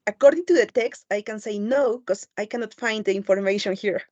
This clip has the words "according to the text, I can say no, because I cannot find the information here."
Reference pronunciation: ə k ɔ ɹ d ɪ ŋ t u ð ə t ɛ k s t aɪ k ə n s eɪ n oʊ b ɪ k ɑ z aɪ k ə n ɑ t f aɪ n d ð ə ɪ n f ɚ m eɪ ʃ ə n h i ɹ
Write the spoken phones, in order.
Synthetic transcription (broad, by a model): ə k ɔ ɹ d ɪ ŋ t u ð ə t ɛ k s t aɪ k ə n s eɪ n oʊ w k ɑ s aɪ k ə n ɑ t f aɪ n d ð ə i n f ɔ m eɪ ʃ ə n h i ɹ